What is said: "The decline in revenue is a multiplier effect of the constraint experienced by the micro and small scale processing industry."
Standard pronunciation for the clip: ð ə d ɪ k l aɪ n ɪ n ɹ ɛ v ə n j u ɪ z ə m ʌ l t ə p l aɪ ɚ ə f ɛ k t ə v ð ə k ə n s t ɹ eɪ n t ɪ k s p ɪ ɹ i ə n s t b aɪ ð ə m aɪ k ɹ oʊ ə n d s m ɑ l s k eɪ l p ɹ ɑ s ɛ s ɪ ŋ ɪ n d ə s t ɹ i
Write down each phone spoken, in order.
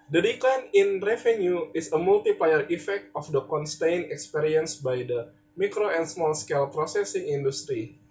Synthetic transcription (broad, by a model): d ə d ɪ k l aɪ n ɪ n ɹ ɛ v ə n j u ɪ s ə m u l t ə p l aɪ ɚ ə f ɛ k t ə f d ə k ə n s t eɪ n ɪ k s p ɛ ɹ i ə n s b aɪ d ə m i k ɹ oʊ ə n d s m ɑ l s k eɪ l p ɹ ɑ s ɛ s ɪ ŋ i n d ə s t ɹ i